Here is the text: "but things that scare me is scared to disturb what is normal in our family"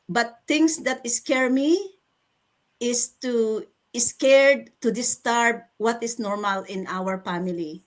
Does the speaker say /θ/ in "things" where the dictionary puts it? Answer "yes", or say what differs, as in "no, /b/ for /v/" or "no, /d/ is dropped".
no, /t/ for /θ/